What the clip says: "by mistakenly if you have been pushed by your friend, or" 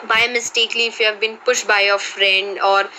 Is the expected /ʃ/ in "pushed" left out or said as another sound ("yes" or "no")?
no